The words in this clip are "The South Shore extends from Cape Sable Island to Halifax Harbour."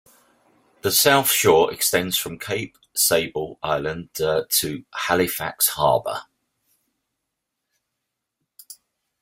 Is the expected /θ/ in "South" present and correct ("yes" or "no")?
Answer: yes